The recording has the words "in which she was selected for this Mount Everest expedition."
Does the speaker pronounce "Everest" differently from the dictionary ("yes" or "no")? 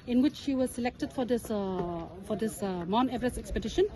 yes